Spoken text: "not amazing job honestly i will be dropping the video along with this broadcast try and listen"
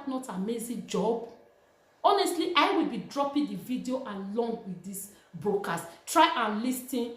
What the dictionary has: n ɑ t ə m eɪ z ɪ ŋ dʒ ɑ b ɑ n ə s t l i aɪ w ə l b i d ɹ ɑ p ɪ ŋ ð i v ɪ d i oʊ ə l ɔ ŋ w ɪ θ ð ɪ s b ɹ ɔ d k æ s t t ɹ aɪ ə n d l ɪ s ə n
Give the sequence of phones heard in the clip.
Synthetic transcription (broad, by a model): n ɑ t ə m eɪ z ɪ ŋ dʒ ɑ b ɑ n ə s t l i aɪ w ə l b i d ɹ ɑ p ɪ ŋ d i v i d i oʊ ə l ɔ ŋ w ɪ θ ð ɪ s b ɹ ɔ k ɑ s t t ɹ aɪ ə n l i s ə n